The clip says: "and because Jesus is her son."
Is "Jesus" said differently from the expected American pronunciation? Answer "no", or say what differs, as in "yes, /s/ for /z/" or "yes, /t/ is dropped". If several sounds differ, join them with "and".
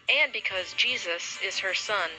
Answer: no